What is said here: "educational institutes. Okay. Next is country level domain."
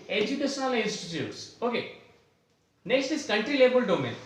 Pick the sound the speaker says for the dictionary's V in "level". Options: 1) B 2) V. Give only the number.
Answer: 1